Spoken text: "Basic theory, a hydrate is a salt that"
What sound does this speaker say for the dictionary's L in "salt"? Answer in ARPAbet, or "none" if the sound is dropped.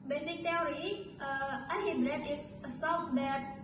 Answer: W